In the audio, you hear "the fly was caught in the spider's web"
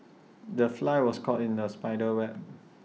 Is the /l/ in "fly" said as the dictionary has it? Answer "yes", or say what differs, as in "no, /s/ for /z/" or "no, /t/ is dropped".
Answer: yes